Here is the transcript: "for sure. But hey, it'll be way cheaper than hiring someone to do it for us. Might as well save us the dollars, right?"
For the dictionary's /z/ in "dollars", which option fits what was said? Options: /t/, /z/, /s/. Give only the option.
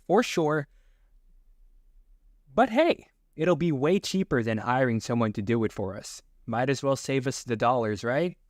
/z/